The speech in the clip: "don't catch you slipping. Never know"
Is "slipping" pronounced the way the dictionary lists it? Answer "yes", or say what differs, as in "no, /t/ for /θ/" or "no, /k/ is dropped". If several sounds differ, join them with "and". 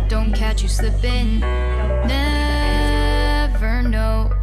no, /l/ is dropped